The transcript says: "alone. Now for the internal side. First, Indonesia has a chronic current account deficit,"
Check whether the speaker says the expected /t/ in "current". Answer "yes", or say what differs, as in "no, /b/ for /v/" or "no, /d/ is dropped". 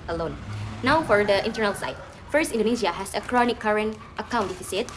yes